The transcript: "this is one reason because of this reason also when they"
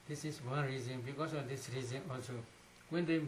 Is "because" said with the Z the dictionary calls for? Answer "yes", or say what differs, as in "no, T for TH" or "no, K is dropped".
no, S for Z